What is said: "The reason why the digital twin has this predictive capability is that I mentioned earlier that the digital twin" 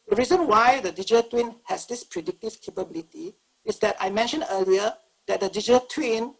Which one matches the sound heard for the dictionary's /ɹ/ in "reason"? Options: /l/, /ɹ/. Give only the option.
/ɹ/